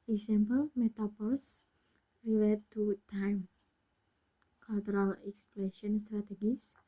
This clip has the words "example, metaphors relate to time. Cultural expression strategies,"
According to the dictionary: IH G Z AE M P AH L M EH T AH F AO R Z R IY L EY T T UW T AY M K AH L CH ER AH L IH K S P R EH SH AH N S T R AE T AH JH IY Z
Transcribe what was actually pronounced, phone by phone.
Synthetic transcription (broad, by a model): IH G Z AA M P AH L M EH T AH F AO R S R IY L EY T T UW T AY M K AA L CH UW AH L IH K S P L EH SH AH N S T R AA T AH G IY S